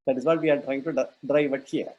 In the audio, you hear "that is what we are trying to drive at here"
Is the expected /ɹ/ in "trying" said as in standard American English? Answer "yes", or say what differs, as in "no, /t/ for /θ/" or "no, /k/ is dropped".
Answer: yes